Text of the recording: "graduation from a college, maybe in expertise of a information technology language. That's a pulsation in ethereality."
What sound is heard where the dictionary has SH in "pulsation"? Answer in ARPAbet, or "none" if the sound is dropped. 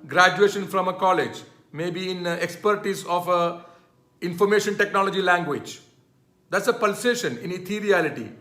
SH